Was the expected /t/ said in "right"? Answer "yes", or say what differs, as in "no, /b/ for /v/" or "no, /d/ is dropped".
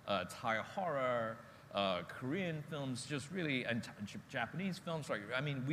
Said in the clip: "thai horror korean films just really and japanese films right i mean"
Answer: no, /t/ is dropped